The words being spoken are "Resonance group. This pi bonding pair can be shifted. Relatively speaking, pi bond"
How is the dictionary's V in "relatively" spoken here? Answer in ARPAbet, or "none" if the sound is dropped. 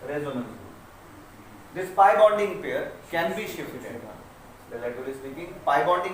none